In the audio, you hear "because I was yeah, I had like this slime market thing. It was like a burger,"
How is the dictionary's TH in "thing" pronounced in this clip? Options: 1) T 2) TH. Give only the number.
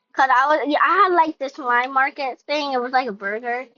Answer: 2